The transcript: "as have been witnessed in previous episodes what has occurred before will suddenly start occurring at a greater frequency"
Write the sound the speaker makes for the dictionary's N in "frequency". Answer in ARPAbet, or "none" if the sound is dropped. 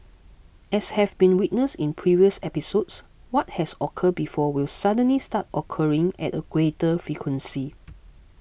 N